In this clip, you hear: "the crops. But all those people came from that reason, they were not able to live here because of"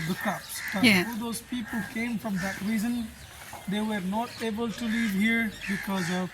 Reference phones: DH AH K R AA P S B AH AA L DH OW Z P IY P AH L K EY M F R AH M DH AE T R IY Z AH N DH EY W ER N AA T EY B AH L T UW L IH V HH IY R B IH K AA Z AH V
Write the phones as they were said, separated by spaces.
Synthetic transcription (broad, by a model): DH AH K AA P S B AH AA L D OW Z P IY P AH L K EY M F R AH M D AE T R IY Z AH N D EY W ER N AA T EY B AH L T UW L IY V HH IY R B IH K AA Z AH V